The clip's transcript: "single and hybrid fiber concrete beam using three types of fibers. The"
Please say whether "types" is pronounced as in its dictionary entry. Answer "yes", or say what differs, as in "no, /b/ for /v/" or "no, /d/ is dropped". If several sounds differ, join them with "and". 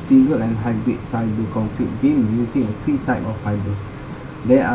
no, /s/ is dropped